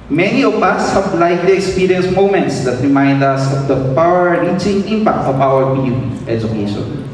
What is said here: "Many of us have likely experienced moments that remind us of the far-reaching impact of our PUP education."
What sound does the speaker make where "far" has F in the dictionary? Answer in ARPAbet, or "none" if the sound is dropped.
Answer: P